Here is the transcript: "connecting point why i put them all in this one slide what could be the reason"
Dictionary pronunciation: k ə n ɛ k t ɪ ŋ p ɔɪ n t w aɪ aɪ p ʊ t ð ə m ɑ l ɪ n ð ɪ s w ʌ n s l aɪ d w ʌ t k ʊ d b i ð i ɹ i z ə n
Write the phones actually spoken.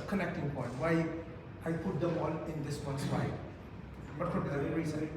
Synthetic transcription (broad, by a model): k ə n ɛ k t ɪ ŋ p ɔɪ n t w aɪ aɪ p ʊ t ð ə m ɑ n ɪ n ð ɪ s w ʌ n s w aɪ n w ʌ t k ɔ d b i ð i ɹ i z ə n